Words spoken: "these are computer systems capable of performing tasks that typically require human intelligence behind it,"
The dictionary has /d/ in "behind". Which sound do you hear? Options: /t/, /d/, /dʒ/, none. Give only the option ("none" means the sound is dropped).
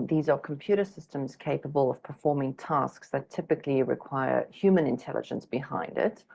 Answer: /d/